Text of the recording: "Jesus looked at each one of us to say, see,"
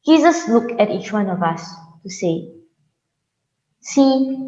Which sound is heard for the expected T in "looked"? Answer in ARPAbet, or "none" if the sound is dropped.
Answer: none